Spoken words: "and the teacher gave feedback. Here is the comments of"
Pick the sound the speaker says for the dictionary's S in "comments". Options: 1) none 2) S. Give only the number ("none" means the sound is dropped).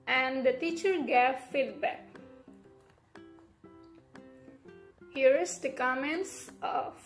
2